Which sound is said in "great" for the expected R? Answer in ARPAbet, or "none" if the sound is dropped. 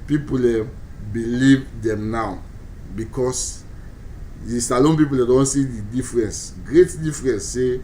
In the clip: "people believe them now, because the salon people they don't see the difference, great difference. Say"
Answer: R